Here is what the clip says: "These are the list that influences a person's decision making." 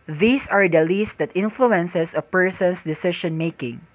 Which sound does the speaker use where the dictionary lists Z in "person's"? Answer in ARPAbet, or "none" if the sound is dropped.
S